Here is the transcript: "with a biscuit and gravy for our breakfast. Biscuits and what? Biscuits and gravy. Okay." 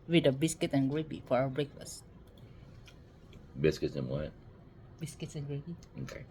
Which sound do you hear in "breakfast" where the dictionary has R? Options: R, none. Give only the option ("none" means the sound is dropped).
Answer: R